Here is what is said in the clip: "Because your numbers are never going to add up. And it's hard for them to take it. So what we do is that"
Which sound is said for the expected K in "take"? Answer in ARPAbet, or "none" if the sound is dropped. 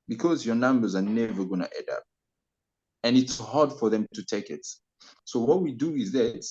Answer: K